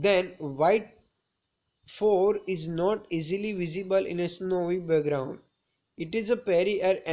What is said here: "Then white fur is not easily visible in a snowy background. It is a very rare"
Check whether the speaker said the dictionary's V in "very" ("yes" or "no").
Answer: no